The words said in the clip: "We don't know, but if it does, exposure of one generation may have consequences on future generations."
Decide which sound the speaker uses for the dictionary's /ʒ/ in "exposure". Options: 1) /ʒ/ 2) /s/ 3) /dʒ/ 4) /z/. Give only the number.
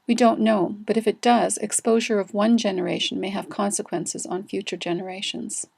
1